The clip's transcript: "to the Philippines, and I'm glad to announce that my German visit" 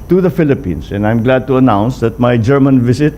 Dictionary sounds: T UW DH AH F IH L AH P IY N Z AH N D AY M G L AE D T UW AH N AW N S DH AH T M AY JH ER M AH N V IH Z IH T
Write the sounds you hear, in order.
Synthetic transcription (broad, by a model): T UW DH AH F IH L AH P IY N S AH N D AY M G L AE D T UW AH N AW N S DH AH T M AY JH ER M AH N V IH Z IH T